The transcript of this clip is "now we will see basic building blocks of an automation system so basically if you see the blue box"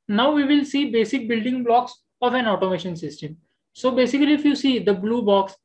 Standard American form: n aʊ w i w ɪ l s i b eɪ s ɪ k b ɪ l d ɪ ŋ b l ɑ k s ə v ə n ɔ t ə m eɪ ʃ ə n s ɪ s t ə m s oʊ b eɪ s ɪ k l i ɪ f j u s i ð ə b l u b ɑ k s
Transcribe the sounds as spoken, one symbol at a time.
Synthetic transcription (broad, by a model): n aʊ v i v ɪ l s i b eɪ s ɪ k b ɪ l d ɪ ŋ b l ɑ k s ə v ə n ɔ t ə m eɪ ʃ ə n s ɪ s t ə m s oʊ b eɪ s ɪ k l i ɪ f j u s i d ə b l u b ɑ k s